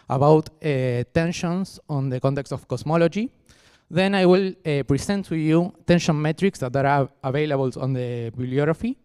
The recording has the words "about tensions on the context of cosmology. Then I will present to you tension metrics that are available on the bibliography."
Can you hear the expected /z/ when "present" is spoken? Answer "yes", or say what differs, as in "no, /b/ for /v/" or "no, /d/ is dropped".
no, /s/ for /z/